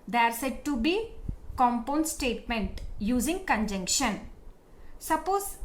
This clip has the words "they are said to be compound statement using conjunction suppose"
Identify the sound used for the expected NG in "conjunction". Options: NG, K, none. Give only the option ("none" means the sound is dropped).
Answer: NG